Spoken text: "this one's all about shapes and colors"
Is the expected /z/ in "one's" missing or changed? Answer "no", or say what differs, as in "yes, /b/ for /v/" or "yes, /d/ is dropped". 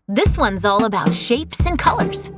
no